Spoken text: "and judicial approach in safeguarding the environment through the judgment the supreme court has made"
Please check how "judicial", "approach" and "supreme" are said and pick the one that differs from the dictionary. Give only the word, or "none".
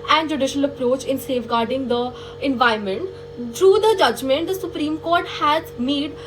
none